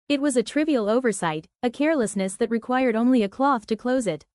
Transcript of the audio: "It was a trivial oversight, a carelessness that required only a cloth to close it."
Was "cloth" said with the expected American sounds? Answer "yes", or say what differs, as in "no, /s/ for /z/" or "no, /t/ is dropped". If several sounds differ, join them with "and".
yes